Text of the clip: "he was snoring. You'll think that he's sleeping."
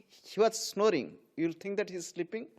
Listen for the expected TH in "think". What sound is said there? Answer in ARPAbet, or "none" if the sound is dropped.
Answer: T